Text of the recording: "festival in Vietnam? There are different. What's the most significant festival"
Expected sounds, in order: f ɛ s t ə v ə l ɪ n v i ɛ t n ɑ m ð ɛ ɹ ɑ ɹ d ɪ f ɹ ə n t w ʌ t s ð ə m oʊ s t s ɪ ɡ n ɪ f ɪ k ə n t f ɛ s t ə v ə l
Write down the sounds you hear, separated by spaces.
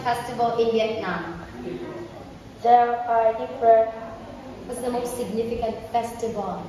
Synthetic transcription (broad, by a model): f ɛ s t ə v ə l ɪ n b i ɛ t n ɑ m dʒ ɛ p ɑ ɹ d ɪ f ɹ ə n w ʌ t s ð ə m oʊ s t s ɪ ɡ n ɪ f ɪ k ə n t f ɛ s t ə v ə l